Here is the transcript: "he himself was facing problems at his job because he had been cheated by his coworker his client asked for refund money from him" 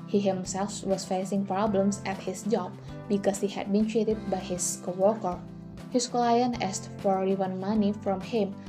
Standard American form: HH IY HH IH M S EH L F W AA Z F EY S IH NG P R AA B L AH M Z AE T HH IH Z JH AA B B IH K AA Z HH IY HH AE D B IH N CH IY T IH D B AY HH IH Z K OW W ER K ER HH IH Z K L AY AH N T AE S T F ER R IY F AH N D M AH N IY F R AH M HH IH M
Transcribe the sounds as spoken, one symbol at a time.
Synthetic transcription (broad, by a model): HH IY HH IH M S EH L F W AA S F EY S IH NG P R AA B L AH M S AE T HH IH S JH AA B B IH K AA S HH IY HH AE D B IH N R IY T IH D B AY HH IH S K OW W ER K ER HH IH S K L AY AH N AE S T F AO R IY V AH N M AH N IY F R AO M HH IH M